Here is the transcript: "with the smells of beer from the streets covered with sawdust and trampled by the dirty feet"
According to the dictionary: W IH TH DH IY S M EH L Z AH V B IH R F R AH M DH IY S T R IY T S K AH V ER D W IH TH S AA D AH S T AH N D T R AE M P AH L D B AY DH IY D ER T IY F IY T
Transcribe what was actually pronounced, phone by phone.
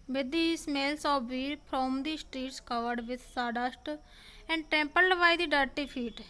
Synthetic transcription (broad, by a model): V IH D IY S M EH L S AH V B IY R P R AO M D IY S T R IY T S K AH V ER D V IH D S AA D AH S T AH N D T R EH M P AH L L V AY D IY D ER T IY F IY T